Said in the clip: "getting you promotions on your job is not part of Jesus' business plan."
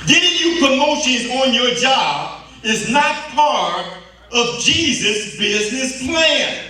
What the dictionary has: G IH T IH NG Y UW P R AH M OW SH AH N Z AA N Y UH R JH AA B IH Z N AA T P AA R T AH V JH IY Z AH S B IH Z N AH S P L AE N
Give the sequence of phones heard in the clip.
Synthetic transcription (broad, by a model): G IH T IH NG Y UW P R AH M OW SH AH N AA N Y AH R JH AA B IH Z N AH T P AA R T AH V JH IY Z AH S B IH Z N AH S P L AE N